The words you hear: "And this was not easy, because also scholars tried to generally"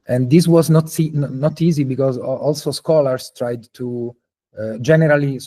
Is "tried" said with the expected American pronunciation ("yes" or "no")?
yes